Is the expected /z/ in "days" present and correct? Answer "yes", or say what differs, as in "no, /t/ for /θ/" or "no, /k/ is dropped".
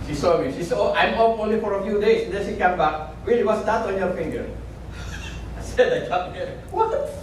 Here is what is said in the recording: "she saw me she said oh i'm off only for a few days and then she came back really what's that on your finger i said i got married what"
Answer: no, /s/ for /z/